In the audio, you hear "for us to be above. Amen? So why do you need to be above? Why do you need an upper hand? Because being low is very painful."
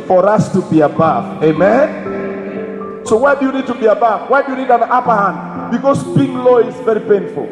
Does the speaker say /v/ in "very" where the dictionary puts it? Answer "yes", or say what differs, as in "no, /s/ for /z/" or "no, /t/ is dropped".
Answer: yes